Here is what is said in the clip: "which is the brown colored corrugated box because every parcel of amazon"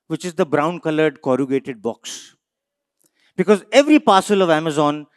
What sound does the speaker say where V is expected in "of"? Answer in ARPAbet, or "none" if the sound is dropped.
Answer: V